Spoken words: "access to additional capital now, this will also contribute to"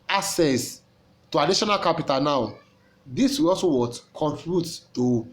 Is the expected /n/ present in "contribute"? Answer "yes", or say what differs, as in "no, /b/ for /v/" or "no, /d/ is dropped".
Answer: no, /n/ is dropped